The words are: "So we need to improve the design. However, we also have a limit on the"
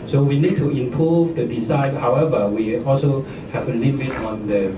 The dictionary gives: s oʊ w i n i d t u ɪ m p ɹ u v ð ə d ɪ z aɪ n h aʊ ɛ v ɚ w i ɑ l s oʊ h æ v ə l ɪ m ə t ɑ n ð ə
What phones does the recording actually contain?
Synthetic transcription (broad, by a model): s oʊ w i n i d t u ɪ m p ɹ u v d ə d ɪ s aɪ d h aʊ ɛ v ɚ w i ɑ l s oʊ h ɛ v ə l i m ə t ɑ n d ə